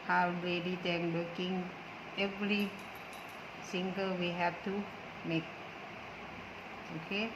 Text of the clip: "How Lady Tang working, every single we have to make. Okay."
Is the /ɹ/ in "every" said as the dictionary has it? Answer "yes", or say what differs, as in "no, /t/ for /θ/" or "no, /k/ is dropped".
no, /l/ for /ɹ/